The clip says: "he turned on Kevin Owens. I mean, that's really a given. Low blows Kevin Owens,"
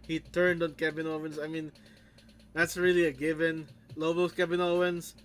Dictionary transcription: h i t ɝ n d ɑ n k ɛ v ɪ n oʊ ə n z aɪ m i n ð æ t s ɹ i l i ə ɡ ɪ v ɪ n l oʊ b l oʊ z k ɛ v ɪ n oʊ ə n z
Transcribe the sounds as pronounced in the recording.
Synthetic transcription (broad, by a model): h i t ɝ n d ɑ n k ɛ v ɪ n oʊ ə n s aɪ m i n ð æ t s ɹ i l i ə ɡ ɪ v ɪ n l oʊ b oʊ s k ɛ b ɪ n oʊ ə n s